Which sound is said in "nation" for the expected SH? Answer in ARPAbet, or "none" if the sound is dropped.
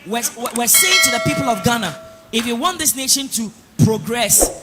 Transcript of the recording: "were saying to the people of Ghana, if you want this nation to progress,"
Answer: SH